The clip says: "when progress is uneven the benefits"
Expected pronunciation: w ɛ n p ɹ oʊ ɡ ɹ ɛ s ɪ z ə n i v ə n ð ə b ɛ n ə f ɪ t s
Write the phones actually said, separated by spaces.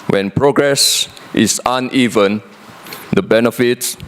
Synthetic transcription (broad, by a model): w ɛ n p ɹ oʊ ɡ ɹ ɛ s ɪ s ə n i v ə n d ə b ɛ n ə f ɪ t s